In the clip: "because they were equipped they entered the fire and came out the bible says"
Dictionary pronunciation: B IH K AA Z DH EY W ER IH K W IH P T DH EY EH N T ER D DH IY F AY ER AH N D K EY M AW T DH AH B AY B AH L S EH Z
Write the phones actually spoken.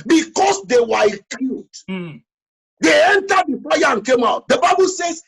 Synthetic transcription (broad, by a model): B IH K AA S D EY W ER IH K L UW T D EY EH N T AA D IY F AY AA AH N K EY M AW T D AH B AY B AH L S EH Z